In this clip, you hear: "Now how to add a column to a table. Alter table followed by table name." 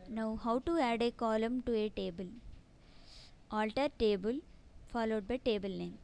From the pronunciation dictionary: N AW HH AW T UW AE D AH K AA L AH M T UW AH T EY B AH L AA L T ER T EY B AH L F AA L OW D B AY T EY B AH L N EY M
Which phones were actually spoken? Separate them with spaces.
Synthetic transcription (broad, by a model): N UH HH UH T UW AE D AH K AA L AH M T UW AH T EY B AH L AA L T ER T EY B AH L F AA L OW D B AY T EY B AH L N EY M